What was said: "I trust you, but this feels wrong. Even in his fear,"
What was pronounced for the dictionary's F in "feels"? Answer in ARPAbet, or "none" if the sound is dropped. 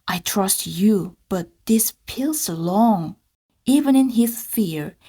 P